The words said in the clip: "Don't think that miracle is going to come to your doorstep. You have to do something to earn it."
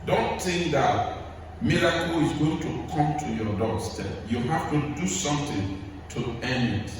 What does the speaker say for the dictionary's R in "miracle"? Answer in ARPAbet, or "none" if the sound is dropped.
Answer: L